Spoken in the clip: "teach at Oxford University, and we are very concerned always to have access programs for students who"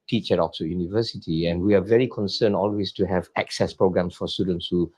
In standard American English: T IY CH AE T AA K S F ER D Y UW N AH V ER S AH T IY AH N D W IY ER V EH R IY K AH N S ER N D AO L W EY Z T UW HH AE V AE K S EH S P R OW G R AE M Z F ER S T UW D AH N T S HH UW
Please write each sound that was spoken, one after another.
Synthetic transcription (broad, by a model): T IY CH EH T AA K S ER Y UW N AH V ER S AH T IY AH N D W IY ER V EH R IY K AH N S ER N AO L W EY S T UW HH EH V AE K S EH S P R OW G R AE M S F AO S T UW D AH N T S HH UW